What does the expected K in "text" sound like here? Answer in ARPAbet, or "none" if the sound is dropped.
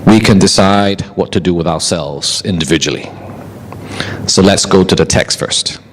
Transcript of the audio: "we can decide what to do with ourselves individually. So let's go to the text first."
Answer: K